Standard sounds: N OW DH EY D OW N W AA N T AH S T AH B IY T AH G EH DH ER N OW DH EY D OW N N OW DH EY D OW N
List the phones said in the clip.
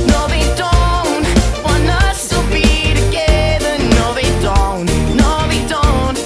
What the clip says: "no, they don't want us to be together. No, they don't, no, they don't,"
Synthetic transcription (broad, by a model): N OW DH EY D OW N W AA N AH S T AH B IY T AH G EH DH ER N OW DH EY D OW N N OW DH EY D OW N